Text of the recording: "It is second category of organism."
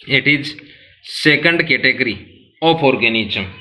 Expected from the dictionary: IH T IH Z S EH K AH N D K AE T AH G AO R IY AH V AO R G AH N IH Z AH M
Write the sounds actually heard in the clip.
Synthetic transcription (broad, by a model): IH T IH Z S EH K AH N D K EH T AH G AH R IY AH P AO R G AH N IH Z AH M